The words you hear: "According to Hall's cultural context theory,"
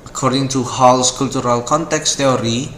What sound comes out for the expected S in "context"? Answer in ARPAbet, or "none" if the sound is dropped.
S